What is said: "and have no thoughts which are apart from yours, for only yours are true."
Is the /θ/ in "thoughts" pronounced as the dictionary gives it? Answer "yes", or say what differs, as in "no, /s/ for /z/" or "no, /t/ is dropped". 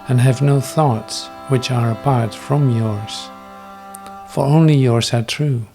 yes